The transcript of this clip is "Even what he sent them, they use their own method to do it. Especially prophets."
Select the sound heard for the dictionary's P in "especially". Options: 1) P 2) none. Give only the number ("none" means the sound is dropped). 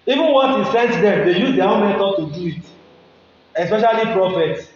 1